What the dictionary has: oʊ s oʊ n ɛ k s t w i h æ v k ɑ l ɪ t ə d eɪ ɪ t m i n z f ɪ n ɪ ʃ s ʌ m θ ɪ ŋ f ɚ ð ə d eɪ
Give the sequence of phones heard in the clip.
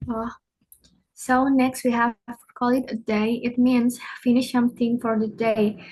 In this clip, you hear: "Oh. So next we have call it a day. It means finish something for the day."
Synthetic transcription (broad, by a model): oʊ s oʊ n ɛ k s t w i h æ v k ɑ l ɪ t ə d eɪ ɪ t m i n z f ɪ n ɪ ʃ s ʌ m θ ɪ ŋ f ɚ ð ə d eɪ